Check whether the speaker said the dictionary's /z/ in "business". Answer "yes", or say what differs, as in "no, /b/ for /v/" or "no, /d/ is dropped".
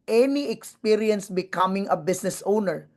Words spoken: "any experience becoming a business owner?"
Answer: no, /s/ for /z/